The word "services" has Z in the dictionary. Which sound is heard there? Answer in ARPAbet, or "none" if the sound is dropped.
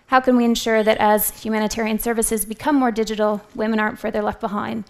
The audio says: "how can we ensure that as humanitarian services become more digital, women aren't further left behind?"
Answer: Z